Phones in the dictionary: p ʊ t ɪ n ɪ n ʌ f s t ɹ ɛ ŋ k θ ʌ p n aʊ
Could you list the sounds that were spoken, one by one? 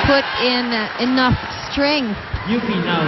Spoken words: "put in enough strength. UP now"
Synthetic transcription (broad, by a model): p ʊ t ɪ n ɪ n ʌ f s t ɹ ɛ ŋ k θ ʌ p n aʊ